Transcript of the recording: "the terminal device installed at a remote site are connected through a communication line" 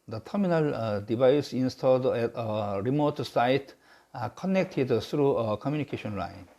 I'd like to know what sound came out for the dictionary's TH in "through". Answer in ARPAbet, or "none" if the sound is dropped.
T